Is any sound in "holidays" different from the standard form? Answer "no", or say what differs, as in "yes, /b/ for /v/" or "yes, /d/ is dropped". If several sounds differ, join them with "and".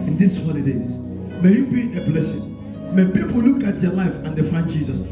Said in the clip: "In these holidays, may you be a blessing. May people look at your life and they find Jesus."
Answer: yes, /n/ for /l/